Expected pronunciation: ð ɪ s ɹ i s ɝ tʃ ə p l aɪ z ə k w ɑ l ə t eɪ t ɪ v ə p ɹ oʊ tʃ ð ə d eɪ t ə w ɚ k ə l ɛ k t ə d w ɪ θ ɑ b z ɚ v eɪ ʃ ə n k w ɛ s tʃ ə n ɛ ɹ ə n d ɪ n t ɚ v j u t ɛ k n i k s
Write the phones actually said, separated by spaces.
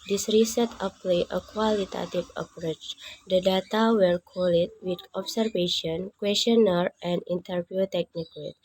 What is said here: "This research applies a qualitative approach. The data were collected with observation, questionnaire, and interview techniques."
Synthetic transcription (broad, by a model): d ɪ s ɹ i s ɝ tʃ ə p l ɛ ə k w ɑ l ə t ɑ t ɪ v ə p ɹ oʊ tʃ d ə d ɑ t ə w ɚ k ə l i t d w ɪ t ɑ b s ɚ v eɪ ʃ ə n k w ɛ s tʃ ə n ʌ ɹ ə n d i n t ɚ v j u t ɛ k n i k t